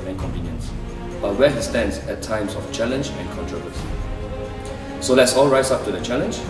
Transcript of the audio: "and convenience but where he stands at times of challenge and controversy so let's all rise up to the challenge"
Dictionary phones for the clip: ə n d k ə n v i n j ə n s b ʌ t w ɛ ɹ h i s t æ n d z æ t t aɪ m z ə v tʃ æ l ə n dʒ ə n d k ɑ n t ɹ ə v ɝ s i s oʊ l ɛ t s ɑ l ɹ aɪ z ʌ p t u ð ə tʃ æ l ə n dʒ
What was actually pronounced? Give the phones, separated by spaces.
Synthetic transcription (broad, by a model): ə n k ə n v i n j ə n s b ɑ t w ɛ h i s t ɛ n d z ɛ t t aɪ m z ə f tʃ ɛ l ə n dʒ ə n k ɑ n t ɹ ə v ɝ s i s oʊ l ɛ t s ɑ l ɹ aɪ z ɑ p t u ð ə tʃ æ l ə n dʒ